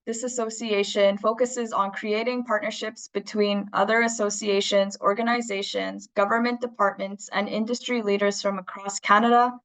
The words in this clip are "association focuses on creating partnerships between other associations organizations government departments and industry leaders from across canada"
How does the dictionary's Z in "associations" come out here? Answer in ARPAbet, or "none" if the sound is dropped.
Z